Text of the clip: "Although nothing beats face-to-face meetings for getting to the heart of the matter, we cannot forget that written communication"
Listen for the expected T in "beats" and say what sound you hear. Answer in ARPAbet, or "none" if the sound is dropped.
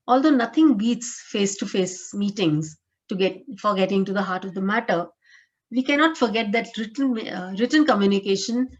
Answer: T